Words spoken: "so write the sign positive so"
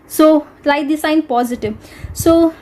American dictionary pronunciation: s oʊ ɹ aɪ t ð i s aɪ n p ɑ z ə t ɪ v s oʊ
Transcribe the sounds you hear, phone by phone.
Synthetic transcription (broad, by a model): s oʊ l aɪ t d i s aɪ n p ɑ z ə t ɪ v s oʊ